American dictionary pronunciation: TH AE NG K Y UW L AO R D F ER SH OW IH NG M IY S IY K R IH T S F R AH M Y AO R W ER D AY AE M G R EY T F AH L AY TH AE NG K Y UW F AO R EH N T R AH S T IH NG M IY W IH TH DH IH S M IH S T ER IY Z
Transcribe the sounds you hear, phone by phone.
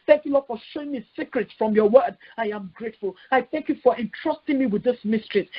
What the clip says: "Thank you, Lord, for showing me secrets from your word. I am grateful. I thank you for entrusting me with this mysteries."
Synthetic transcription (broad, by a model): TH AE NG K Y UW L AO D F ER SH OW IH NG M IY S IY K R IH T S F R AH M Y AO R W ER D AY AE M G R EY T F AH L AY TH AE NG K Y UW F AO R EH N T R AH S T IH NG M IY W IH DH IH S M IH S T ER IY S